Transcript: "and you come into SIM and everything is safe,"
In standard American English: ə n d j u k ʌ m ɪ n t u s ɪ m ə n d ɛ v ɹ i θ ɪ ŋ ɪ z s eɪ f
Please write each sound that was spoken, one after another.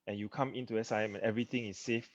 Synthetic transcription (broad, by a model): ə n j u k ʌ m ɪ n t u s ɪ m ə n ɛ v ɹ i t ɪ ŋ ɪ s eɪ f